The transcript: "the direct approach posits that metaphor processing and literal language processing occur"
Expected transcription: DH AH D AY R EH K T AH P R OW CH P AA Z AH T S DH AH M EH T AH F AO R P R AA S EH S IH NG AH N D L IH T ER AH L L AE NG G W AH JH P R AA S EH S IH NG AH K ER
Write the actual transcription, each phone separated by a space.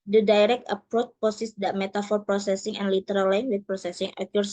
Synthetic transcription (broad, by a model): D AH D AY R EH K T AH P R OW CH P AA S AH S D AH M EH T AH F AO R P R AA S EH S IH NG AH N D L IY T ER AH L L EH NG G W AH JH P R AA S EH S IH NG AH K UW